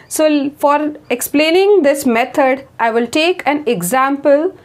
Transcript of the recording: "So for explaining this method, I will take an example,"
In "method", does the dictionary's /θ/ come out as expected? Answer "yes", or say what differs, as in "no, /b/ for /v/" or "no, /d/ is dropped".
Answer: no, /t/ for /θ/